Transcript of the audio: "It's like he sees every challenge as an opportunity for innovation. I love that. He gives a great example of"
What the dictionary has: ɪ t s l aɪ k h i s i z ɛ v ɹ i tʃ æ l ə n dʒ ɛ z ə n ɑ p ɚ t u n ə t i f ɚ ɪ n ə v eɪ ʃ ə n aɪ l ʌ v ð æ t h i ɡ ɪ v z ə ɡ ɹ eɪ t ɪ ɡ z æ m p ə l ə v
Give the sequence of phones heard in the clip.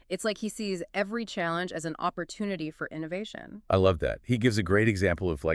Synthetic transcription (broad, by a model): ɪ t s l aɪ k h i s i z ɛ v ɹ i tʃ æ l ə n dʒ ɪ z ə n ɑ p ɚ t u n ə t i f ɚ ɪ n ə v eɪ ʃ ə n aɪ l ʌ v ð æ t h i ɡ ɪ v z ə ɡ ɹ eɪ t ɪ ɡ z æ m p l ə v